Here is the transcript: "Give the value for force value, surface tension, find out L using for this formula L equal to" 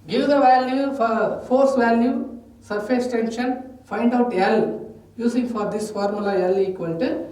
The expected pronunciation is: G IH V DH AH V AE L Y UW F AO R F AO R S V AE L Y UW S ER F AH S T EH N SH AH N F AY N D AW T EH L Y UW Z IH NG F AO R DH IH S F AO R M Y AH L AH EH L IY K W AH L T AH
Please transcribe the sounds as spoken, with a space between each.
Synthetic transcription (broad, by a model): G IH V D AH V AE L Y UW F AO R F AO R S V AE L Y UW S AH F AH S T EH N SH AH N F AY N D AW T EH L Y UW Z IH NG F AO R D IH S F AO R M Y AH L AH EH L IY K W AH N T